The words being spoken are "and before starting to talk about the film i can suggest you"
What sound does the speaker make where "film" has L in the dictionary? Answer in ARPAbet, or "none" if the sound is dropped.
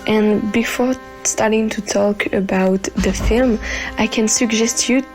L